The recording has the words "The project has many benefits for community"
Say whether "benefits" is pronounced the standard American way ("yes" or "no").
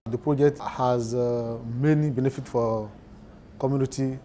no